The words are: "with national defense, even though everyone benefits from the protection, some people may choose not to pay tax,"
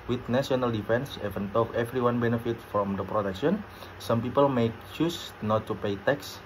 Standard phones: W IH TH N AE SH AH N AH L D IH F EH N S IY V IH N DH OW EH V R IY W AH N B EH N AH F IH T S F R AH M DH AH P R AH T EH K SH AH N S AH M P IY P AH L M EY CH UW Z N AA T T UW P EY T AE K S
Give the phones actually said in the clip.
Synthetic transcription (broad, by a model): W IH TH N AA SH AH N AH L D IH F EH N S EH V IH N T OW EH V R IY W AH N B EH N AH F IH T F R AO M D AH P R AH T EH K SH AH N S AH M P IY P AH L M EY CH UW S N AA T T UW P EY T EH K S